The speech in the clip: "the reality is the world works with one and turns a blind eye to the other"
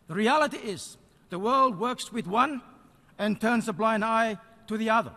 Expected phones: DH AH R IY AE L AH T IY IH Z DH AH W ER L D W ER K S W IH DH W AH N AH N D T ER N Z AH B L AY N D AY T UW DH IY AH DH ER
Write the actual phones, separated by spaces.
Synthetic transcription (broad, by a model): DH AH R IY AE L AH T IY IH Z DH AH W ER L D W ER K S W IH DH W AH N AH N T ER N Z AH B L AY N D AY T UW DH IY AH DH ER